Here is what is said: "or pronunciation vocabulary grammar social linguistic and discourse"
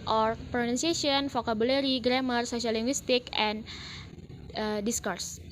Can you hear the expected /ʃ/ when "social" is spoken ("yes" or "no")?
no